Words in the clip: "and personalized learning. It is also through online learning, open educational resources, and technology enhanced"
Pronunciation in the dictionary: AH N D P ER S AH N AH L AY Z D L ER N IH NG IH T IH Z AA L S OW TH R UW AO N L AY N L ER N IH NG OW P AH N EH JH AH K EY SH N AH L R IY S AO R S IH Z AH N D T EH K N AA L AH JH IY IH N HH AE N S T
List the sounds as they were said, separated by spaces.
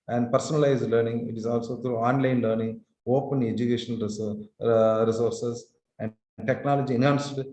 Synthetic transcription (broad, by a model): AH N D P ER S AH N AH L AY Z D L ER N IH NG IH T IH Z AA L S OW T R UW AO N L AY N L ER N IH NG OW P AH N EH JH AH K EY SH AH N R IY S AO R S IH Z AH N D T EH K N AA L AH JH IY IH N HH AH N S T